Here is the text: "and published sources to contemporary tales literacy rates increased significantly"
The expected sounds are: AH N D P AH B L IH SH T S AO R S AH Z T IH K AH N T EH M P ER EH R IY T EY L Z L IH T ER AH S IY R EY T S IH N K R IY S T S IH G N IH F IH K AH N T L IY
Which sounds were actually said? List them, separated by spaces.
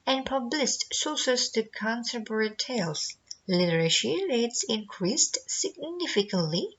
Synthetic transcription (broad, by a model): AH N P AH B L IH S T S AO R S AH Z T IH K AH N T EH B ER R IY T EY L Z L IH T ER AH SH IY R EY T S IH N K R IY S T S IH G N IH F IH K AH N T L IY